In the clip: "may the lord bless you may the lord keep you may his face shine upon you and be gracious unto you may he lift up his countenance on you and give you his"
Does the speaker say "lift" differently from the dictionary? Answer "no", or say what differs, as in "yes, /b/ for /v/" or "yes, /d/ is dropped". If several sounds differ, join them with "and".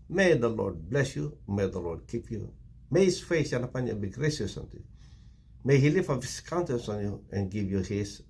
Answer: yes, /t/ is dropped